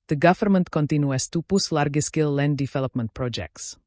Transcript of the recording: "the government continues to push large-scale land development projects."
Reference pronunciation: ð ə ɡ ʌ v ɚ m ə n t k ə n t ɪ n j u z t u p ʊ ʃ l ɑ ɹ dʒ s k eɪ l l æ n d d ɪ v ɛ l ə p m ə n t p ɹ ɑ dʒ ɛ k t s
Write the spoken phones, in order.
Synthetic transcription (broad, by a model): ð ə ɡ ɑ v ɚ m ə n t k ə n t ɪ n j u s t u p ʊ s l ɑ ɹ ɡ s k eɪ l l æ n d d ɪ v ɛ l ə p m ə n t p ɹ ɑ dʒ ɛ k t s